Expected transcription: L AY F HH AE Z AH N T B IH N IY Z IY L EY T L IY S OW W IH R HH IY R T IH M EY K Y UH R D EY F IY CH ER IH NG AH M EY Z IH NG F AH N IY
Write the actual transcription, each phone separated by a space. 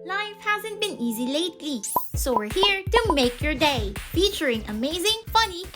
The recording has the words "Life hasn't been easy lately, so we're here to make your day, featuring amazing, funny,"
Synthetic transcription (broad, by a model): L AY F HH AE Z AH N T B IH N IY Z IY L EY T L IY S OW W IH R HH IY R T IH M EY K Y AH R D EY F IY CH ER IH NG AH M EY Z IH NG F AH N IY